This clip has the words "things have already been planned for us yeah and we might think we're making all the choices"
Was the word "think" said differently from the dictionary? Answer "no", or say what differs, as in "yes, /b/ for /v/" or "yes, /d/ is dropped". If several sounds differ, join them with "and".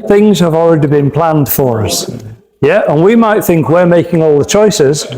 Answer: no